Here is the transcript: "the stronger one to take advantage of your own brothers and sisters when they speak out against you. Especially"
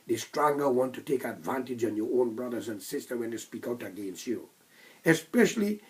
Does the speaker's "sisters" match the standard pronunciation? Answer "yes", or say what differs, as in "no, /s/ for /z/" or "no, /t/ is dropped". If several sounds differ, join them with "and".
no, /z/ is dropped